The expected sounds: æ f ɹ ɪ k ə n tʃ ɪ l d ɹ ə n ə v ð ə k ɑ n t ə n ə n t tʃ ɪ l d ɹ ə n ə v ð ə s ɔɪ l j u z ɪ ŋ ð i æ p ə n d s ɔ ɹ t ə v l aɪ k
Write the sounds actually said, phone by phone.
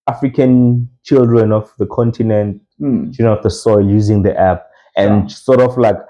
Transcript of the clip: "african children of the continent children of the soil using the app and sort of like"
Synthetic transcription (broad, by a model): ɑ f ɹ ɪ k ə n tʃ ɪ l d ɹ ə n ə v ð ə k ɑ n t ə n ə n t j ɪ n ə ə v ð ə s ɔɪ l j u z ɪ ŋ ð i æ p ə n s ɔ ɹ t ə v l aɪ k